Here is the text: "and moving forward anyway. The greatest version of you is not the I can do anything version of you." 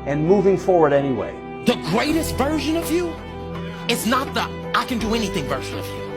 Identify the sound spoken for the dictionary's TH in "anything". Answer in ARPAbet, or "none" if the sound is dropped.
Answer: TH